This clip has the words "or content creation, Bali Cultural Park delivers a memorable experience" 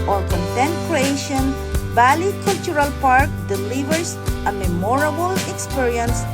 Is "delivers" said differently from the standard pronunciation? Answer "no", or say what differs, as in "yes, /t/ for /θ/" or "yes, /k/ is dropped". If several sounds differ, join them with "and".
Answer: yes, /s/ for /z/